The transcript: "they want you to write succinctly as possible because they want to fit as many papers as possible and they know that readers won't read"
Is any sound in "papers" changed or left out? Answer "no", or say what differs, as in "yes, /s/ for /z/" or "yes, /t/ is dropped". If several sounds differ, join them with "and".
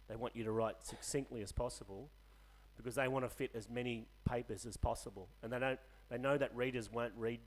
no